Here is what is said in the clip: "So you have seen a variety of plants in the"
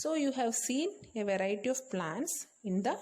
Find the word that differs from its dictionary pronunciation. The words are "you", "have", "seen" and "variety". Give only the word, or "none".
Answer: none